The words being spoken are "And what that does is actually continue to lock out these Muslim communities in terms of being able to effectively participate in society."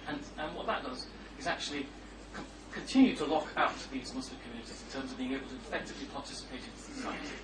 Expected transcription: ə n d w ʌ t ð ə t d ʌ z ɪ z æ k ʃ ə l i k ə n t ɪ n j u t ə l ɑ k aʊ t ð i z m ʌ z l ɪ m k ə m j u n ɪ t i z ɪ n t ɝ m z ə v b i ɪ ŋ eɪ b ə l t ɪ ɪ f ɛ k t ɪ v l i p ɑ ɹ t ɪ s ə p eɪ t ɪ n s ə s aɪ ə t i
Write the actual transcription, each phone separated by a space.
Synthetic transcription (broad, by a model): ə n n w ʌ t ð ə t d ʌ z ɪ z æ k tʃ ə l i k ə n t ɪ n j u t ə l ɑ k aʊ t ð i z m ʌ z l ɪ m k ə m j u n ɪ t i z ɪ n t ɝ m z ə v b i ɪ ŋ eɪ b ə l t ɪ ɪ f ɛ k t ɪ v l i p ɑ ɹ t ɪ s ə p eɪ t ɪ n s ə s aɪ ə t